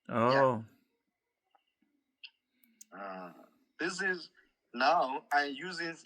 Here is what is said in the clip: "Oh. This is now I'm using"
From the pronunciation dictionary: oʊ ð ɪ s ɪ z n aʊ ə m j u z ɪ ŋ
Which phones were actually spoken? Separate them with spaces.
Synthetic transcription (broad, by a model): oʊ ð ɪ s ɪ z n aʊ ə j j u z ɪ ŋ